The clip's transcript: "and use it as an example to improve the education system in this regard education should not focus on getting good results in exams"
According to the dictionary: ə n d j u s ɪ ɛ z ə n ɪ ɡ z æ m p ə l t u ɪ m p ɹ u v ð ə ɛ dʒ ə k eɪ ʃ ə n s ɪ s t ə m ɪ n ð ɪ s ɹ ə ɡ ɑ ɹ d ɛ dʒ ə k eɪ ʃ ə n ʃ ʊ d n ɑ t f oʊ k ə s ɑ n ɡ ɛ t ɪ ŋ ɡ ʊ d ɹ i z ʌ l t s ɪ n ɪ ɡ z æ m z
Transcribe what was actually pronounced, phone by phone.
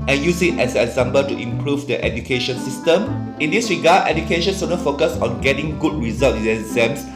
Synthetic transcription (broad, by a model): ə n j u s ɪ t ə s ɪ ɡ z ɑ m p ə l t u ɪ m p ɹ u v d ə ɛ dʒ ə k eɪ ʃ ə n s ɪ s t ə m ɪ n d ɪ s ɹ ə ɡ ɑ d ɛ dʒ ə k eɪ ʃ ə n s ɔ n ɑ f oʊ k ə s ɑ n ɡ ɛ t ɪ ŋ ɡ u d ɹ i z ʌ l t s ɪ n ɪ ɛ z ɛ m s